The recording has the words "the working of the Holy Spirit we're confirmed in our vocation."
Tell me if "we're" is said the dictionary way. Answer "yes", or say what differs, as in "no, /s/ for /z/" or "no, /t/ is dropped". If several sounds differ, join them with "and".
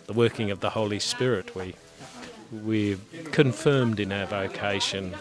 no, /w/ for /ɹ/